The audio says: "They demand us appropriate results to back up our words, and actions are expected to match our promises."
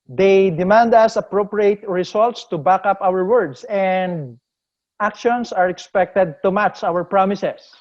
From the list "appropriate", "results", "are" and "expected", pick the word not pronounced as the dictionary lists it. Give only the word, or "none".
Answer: results